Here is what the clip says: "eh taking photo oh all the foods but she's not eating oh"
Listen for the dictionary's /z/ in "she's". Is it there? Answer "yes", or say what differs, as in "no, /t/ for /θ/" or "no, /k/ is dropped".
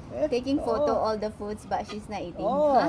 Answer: no, /s/ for /z/